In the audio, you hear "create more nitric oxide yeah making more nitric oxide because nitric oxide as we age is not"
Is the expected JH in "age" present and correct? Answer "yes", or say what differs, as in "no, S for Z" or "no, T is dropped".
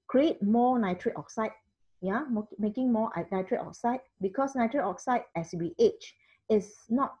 no, CH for JH